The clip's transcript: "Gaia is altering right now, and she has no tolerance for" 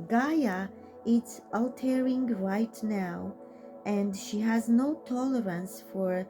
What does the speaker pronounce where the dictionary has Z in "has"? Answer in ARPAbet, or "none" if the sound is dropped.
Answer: Z